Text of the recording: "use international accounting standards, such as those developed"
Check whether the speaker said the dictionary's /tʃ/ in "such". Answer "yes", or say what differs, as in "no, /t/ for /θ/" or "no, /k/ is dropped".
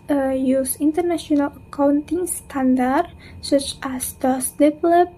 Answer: yes